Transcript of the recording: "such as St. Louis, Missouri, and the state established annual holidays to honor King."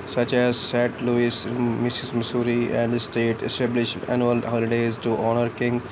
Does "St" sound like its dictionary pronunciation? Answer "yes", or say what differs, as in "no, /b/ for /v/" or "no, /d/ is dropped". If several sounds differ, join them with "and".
no, /n/ is dropped